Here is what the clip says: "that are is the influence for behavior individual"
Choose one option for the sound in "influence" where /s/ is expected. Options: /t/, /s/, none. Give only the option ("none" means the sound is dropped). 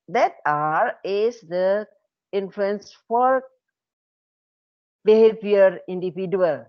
/s/